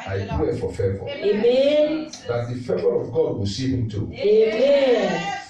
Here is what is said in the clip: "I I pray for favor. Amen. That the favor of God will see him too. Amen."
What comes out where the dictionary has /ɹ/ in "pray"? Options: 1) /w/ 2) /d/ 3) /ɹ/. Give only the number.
1